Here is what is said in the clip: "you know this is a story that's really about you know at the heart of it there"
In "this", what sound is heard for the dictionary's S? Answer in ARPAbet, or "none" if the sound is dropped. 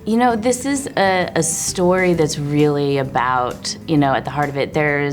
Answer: S